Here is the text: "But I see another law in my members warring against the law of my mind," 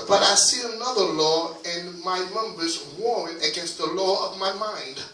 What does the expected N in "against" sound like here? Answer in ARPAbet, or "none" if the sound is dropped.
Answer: N